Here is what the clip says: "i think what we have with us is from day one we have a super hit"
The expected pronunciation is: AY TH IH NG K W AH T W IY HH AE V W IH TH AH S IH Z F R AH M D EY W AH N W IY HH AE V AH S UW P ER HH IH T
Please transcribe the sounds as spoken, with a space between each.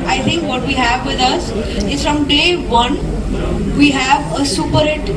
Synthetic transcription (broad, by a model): AY T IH NG K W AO T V IY HH AE V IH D AH S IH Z F R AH M D EY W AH N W IY HH AE V AH S UW P ER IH T